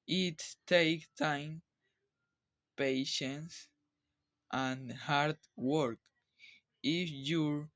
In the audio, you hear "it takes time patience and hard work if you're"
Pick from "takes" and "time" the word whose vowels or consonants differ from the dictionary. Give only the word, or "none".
takes